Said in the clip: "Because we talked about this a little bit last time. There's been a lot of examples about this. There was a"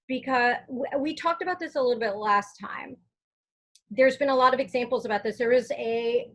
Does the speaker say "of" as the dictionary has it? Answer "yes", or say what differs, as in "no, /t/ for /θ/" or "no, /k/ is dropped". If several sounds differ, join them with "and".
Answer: yes